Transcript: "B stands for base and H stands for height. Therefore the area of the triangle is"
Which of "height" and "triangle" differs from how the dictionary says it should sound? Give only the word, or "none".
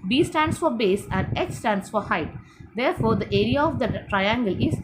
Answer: none